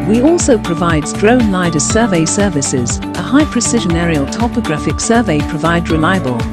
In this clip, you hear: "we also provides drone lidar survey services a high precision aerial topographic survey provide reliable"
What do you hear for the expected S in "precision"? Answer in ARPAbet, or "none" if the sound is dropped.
S